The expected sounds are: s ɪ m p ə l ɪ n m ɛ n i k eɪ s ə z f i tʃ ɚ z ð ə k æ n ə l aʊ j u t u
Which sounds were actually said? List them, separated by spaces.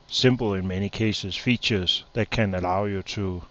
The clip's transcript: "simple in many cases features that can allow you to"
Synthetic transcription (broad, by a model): s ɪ m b l ɪ n m ɛ n i k eɪ s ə s f i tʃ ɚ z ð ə k æ n ə l aʊ j u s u